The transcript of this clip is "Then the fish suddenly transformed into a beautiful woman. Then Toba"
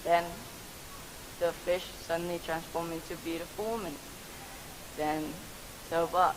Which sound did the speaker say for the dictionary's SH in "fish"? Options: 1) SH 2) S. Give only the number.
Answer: 1